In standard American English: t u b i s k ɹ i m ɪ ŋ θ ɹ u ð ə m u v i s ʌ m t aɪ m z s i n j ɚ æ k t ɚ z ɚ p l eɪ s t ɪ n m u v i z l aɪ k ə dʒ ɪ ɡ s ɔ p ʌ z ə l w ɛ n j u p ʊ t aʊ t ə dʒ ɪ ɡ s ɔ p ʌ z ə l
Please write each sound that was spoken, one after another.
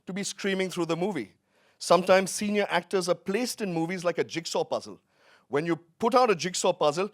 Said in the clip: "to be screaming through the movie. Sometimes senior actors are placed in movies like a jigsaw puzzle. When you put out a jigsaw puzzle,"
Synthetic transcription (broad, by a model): t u b i s k ɹ i m ɪ ŋ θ ɹ u ð ə m u v i s ʌ m t aɪ m z s i n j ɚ æ k t ɚ z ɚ p l eɪ s t ɪ n m u v i z l aɪ k ə dʒ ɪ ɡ s ɔ p ʌ z ə l w ɛ n j u p ʊ t aʊ t ə dʒ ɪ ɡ s ɔ p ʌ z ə l